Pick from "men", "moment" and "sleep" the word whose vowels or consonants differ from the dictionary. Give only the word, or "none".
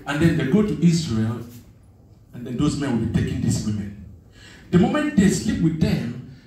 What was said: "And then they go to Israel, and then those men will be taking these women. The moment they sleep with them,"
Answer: none